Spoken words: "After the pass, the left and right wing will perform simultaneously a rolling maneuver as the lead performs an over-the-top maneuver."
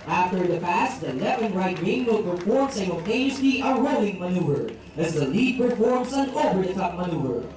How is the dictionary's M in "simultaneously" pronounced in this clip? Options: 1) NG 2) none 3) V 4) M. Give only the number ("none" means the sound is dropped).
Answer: 2